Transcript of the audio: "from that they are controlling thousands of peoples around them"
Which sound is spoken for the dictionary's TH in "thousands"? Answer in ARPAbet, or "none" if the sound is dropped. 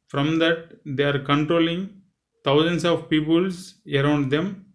T